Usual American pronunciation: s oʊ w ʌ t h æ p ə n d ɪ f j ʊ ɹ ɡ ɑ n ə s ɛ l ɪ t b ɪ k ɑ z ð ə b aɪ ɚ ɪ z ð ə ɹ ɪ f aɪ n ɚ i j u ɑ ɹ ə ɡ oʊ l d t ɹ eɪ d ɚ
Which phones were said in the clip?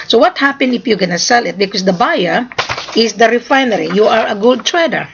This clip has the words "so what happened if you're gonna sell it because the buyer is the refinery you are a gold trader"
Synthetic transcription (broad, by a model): s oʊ w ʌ t h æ p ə n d ɪ f j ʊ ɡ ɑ n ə s ɛ l ɪ t b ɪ k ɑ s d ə b aɪ ɚ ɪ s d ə ɹ ɪ f aɪ n ɚ i j u ɑ ɹ ə ɡ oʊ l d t ɹ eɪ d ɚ